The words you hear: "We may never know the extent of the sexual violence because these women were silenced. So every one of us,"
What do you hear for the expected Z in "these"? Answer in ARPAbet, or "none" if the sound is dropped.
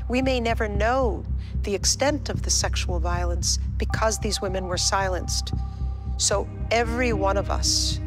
Z